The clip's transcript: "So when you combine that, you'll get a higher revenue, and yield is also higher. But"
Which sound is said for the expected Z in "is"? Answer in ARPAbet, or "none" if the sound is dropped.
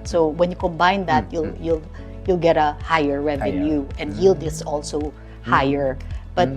S